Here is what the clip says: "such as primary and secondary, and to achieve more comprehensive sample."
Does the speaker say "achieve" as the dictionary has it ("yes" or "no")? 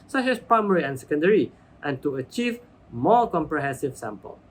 yes